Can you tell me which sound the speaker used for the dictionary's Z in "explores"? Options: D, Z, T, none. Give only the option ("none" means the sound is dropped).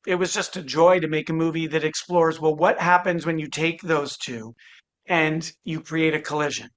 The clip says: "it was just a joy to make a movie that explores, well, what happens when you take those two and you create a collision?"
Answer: Z